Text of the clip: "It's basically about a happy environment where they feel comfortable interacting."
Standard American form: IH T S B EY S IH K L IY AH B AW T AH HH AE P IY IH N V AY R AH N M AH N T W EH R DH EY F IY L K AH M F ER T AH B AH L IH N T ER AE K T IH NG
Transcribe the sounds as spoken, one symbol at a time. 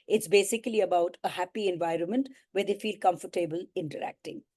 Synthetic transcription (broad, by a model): IH T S B EY S IH K L IY AH B AW T AH HH AE P IY IH N V AY R AH N M AH N T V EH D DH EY F IY L K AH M F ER T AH B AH L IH N T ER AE K T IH NG